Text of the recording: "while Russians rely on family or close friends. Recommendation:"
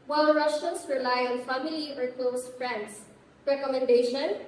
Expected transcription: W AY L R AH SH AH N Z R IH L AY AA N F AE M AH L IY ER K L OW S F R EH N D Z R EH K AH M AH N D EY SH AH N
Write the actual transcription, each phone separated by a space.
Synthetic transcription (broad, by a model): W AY L R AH SH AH N S R IH L AY AA N F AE M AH L IY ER K L OW S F R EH N D S R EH K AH M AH N D EY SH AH N